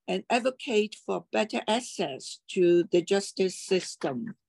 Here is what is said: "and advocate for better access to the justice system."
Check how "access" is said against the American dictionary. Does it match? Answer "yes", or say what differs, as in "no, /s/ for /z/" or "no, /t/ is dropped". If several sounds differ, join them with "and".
no, /k/ is dropped